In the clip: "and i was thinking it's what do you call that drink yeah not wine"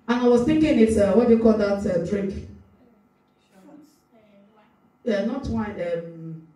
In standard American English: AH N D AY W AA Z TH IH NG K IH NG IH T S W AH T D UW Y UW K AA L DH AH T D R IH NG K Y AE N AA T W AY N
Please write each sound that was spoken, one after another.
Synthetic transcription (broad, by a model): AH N AY W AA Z TH IH NG K IH NG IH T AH W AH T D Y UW K AA L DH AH T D R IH K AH N AA T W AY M